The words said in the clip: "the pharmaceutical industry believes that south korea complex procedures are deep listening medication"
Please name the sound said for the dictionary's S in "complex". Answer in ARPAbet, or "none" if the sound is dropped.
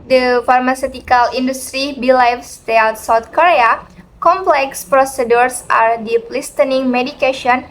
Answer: S